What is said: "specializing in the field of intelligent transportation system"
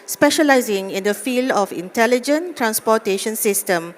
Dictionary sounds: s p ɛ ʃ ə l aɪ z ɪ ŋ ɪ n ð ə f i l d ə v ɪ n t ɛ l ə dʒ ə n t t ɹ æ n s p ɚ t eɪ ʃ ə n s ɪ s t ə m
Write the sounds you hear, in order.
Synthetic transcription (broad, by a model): s p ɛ ʃ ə l aɪ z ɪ ŋ ɪ n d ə f i l d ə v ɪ n t ɛ l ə dʒ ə n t t ɹ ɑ n s p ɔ t eɪ ʃ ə n s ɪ s t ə m